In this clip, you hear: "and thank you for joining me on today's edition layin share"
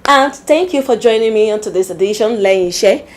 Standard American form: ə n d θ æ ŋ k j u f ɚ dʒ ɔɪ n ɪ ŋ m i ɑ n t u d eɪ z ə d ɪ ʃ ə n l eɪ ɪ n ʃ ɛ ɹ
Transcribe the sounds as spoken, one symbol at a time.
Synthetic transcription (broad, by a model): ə n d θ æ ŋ k j u f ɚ dʒ ɔɪ n ɪ ŋ m i ɑ n t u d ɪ s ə d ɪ ʃ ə n l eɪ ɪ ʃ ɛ